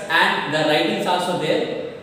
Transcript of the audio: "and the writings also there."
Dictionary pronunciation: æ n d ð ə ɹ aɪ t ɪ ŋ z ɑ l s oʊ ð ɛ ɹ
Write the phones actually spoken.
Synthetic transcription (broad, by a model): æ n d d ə ɹ aɪ t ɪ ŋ s ɑ l s oʊ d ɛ ɹ